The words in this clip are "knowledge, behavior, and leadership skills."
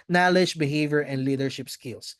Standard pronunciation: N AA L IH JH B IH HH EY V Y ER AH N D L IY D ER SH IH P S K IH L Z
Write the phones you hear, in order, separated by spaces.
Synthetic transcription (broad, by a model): N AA L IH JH B IH HH EY V Y ER AH N D L IY D ER SH IH P S K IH L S